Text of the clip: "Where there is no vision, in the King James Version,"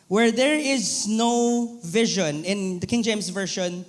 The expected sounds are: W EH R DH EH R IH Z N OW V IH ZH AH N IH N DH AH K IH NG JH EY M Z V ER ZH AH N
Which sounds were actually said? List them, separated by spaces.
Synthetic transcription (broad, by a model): W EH R DH EH R IH Z N OW V IH ZH AH N IH N DH AH K IH NG JH EY M Z V ER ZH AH N